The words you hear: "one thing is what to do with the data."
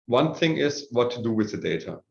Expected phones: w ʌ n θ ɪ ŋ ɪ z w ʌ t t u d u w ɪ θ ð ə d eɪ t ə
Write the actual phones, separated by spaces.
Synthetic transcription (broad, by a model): w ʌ n θ ɪ ŋ ɪ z w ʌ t t u d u w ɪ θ ð ə d eɪ t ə